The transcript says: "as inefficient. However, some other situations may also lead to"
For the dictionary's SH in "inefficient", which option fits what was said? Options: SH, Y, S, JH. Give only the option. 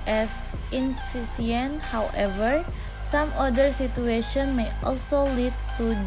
S